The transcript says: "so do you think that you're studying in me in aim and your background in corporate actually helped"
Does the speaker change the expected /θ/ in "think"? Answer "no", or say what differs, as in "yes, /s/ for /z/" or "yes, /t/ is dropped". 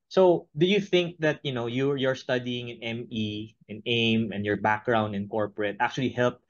no